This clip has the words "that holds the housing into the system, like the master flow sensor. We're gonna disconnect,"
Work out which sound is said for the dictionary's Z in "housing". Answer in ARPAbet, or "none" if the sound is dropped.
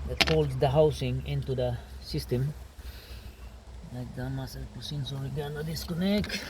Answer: S